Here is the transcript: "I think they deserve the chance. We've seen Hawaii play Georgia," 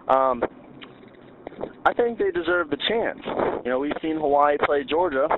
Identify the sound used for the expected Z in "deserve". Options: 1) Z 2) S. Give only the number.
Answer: 1